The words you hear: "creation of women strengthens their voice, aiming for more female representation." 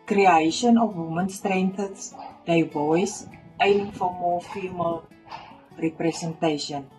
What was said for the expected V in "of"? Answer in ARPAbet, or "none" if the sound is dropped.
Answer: F